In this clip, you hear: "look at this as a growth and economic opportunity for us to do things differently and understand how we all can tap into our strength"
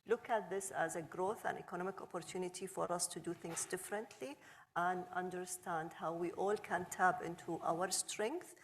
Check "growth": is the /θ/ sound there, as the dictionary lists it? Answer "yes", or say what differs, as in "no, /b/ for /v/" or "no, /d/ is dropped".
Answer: yes